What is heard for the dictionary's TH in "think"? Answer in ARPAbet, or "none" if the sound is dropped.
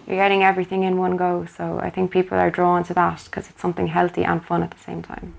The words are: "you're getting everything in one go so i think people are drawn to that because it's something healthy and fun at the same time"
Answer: TH